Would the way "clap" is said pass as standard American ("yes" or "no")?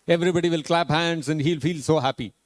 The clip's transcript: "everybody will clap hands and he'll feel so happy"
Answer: yes